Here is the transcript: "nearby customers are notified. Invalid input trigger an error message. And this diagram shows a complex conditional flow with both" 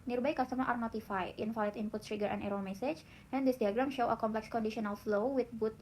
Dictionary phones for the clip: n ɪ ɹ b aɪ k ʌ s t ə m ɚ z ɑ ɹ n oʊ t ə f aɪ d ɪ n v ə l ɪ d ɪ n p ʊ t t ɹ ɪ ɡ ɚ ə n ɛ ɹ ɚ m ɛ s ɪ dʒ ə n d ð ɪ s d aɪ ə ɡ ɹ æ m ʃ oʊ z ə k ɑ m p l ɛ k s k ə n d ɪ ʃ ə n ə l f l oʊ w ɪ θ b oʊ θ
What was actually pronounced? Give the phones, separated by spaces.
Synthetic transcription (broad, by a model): n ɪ ɹ b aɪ k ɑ s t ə m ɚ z ɑ ɹ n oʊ t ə f aɪ ɪ n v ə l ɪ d ɪ n p ʊ t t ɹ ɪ ɡ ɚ ə n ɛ ɹ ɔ m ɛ s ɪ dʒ ə n d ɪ s d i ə ɡ ɹ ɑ m ʃ oʊ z ə k ɑ m p l ɛ k s k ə n d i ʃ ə n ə l f l oʊ w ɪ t b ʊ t